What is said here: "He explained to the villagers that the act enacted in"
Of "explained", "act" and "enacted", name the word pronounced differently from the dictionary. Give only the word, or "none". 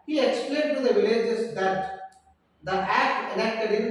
enacted